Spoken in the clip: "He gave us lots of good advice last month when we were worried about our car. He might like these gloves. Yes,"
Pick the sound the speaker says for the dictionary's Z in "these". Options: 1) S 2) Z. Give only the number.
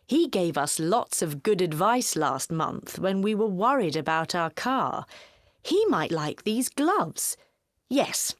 2